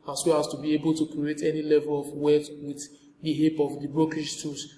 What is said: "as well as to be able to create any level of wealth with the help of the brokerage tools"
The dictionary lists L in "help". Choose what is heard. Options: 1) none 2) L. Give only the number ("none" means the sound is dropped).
1